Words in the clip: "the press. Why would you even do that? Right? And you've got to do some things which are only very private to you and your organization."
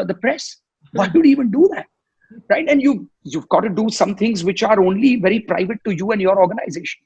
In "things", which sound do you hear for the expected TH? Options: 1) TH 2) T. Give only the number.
2